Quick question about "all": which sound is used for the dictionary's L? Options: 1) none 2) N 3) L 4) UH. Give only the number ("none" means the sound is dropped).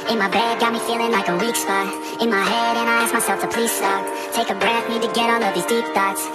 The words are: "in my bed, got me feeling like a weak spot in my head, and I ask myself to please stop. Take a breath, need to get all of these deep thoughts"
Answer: 2